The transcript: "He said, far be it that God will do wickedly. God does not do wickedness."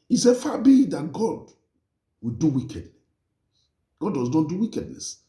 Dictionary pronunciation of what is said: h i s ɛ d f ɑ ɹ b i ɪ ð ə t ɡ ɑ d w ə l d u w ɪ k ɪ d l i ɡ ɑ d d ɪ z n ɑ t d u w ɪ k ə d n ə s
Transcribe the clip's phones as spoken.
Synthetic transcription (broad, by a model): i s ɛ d f ɑ b i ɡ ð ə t ɡ ɑ d w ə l d u w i k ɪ d n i ɡ ɑ d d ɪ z n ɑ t d u w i k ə d n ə s